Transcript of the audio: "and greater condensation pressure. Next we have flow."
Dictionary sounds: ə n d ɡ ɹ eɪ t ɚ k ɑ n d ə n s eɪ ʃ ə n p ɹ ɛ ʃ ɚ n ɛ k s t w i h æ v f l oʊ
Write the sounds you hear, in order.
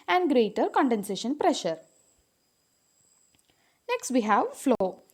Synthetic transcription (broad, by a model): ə n d ɡ ɹ eɪ t ɚ k ɑ n d ə n s eɪ ʃ ə n p ɹ ɛ ʃ ɚ n ɛ k s t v i h æ v f l oʊ